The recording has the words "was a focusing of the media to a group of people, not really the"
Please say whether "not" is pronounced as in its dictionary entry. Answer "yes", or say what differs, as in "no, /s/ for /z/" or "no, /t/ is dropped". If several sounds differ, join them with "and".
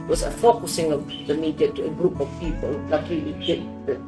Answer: no, /l/ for /n/